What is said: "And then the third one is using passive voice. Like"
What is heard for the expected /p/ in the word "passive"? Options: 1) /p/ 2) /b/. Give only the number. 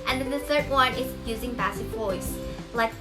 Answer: 2